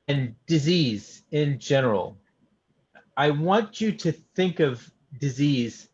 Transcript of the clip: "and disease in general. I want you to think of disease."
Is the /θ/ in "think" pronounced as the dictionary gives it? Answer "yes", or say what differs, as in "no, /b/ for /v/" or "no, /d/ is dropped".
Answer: yes